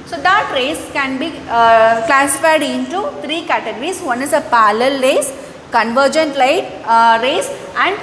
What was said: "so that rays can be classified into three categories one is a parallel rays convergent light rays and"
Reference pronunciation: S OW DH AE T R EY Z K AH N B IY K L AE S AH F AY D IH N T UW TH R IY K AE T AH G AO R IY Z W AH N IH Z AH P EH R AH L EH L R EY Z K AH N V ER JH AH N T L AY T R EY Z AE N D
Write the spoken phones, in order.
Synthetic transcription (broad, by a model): S OW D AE T R EY S K AH N B IY K L AE S AH F AY D IH N T UW T R IY K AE T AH G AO R IY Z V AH N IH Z AH P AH L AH L R EY S K AH N V ER JH AH N T L AY T R EY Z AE N D